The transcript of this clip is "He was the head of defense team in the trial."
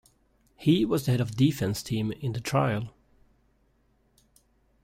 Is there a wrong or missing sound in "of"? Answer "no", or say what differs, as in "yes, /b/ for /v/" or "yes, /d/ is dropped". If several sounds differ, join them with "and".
no